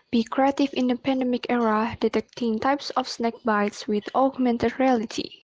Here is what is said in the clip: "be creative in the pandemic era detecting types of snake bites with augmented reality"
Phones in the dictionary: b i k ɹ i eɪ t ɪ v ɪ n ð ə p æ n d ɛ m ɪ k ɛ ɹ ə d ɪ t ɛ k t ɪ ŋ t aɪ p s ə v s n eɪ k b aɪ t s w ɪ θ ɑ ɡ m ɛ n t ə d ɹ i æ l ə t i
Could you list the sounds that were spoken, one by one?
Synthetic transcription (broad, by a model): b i k ɹ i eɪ t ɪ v ɪ n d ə p æ n d ɛ m ɪ k ɛ ɹ ə d ɪ t ɛ k t ɪ ŋ t aɪ p s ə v s n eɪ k b aɪ t s w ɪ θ ɑ ɡ m ɛ n t ə d ɹ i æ l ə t i